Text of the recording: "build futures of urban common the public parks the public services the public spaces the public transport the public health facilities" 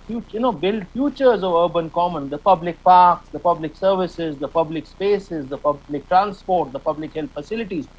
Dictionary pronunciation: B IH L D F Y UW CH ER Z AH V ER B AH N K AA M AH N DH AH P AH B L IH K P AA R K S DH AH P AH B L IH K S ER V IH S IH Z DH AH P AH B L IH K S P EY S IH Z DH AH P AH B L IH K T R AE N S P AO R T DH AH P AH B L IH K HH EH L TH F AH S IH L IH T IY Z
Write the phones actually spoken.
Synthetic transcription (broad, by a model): B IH L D F Y UW CH ER Z AH V ER B AH N K AA M AH N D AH P AH B L IH K P AA R K S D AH P AH B L IH K S ER V IH S IH Z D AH P AH B L IH K S P EY S IH Z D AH P AH B L IH K T R AE N S P AO R T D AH P AH B L IH K HH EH L T F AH S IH L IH T IY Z